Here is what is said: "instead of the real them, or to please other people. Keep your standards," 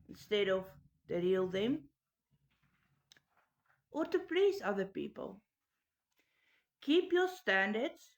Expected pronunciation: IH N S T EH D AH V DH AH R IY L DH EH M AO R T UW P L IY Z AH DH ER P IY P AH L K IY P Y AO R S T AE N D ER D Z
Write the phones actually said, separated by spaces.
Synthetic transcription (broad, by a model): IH N S T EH D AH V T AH R IY L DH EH M AO R T UW P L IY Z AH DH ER P IY P AH L K IY P Y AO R S T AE N D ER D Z